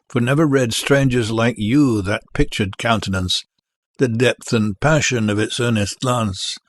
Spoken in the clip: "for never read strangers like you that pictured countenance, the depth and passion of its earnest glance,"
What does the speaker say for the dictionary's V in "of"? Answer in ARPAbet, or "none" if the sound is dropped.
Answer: V